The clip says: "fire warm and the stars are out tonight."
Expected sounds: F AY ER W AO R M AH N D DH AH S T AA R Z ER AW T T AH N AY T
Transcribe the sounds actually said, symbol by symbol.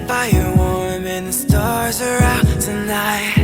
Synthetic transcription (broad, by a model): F AY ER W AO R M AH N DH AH S T AA R Z ER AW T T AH N AY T